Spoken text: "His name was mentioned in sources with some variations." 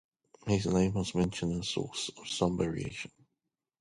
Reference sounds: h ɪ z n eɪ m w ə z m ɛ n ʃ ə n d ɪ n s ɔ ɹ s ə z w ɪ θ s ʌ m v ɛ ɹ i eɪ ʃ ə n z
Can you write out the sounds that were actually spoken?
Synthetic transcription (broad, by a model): h ɪ z n eɪ m w ə z m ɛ n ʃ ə n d ɪ n s ɔ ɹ s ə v s ʌ m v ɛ ɹ i eɪ ʃ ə n